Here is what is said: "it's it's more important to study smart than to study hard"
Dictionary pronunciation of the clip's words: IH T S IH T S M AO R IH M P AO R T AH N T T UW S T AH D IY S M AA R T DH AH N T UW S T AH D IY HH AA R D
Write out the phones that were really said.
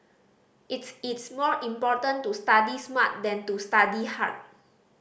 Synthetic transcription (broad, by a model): IH T S IH T S M AO R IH M P AO T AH N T T UW S T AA D IY S M AA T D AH N T UW S T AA D IY HH AA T